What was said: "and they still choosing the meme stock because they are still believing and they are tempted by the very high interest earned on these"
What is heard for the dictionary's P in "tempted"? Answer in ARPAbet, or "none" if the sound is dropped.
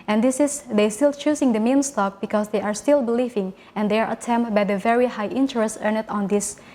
none